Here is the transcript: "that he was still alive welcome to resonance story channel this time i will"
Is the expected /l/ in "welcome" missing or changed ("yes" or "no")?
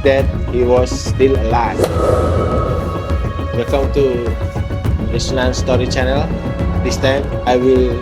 yes